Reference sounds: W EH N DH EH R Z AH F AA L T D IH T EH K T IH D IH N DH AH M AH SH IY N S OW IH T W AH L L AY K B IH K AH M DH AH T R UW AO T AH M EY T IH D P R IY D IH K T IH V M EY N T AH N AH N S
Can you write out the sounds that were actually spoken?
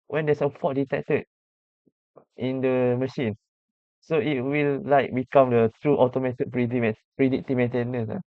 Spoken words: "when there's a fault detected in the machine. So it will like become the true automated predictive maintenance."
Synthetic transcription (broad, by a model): W EH N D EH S AH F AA T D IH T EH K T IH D IH N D AH M AH SH IY N S OW IH T W AH L L AY K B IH K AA M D AH T R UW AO T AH M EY T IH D P R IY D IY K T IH M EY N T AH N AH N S